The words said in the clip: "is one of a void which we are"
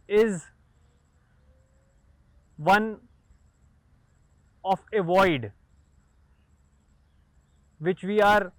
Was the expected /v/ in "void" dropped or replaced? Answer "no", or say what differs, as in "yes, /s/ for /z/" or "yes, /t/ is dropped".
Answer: no